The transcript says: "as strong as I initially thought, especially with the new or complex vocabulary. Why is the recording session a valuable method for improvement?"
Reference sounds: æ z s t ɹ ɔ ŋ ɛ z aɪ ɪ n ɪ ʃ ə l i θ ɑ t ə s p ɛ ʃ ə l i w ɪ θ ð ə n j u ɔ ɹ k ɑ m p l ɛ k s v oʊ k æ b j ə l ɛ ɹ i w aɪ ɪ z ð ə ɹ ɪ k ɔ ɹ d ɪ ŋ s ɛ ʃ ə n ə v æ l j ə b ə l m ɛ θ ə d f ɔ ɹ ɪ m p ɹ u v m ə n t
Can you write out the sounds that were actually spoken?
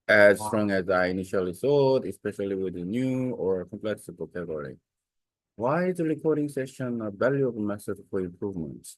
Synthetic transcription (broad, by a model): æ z s t ɹ ɔ ŋ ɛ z aɪ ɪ n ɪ ʃ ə l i s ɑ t ə s p ɛ ʃ ə l i w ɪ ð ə n j u ɔ ɹ k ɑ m p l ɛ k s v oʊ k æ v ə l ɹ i w aɪ ɪ z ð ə ɹ ɪ k ɔ ɹ d ɪ ŋ s ɛ ʃ ə n ə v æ l j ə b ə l m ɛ s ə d f ɔ ɹ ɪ m p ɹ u v m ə n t